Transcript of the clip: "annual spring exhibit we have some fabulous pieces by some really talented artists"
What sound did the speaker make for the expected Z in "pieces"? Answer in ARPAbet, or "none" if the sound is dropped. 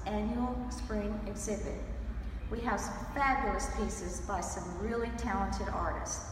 Z